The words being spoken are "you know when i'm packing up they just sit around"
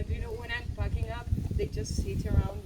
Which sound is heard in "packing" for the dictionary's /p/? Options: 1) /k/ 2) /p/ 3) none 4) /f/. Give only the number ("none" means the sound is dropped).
4